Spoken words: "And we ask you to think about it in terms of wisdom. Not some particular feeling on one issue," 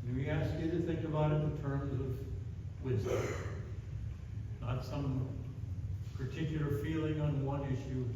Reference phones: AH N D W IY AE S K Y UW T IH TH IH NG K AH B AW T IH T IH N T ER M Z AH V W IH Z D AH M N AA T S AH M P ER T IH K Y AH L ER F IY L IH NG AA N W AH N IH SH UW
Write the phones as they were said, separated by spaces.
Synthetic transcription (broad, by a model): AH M IY AE S K Y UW T IH TH IH NG K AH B AW T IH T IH T ER M Z AH V W IH Z D AH M N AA T S AH M P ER T IH K Y L ER F IY L IH NG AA N W AH N IH SH UW